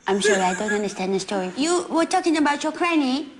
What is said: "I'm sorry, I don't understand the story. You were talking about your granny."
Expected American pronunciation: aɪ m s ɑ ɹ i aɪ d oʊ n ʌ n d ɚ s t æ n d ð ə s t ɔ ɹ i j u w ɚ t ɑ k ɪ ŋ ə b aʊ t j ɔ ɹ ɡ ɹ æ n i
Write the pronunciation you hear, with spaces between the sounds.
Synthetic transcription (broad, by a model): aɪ m ʃ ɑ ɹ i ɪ d oʊ n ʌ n d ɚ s t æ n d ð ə s t ɔ ɹ i j u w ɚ t ɑ k ɪ ŋ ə b aʊ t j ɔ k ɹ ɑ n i